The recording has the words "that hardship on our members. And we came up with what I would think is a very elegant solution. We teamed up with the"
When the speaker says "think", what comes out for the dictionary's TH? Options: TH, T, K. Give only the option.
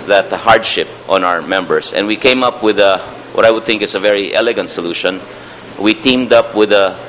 TH